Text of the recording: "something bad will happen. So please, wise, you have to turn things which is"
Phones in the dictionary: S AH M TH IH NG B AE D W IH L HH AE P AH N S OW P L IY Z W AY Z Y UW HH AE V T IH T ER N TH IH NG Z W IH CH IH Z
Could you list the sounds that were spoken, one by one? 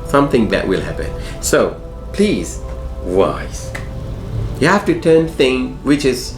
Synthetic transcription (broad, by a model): S AH M TH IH NG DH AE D W IH L HH AE P AH N S OW P L IY Z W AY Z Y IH HH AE F T IH T ER N TH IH NG W IH CH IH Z